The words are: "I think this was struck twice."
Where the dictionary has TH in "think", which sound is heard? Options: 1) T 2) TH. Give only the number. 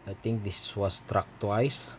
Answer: 1